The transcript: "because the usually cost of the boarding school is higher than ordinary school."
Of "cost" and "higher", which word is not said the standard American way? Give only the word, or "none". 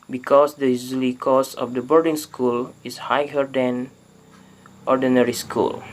cost